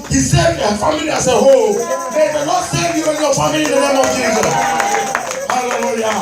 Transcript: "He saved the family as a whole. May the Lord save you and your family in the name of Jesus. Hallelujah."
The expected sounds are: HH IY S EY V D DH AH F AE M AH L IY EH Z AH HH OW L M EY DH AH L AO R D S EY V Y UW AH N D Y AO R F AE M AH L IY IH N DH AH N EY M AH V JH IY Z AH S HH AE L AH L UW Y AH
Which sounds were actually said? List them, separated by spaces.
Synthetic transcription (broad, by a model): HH IY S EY D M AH F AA M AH L IY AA S AH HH OW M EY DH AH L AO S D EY Y UW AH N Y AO F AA M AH L IY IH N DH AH N EY M AH V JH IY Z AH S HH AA L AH L UW Y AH